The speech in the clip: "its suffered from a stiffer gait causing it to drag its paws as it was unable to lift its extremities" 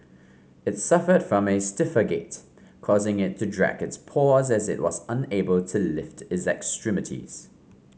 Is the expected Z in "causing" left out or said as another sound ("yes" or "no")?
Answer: no